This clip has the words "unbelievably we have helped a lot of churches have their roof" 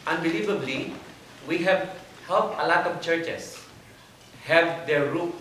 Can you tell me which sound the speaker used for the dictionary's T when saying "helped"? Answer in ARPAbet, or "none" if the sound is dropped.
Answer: none